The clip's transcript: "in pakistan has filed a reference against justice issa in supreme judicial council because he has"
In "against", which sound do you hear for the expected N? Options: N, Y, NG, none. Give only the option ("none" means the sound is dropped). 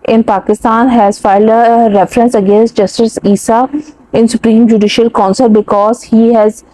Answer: N